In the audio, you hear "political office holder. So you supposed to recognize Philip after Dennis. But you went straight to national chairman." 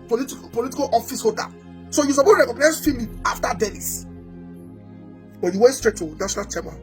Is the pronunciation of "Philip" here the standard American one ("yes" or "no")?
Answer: no